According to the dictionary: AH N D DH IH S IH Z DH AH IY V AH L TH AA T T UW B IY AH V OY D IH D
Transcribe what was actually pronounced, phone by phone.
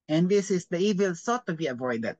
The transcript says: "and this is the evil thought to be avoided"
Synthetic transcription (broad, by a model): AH N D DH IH S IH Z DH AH IY V AH L S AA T T UW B IY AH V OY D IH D